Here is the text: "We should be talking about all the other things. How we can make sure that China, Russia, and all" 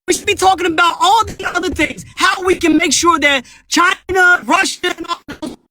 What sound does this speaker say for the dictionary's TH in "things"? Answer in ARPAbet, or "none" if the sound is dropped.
TH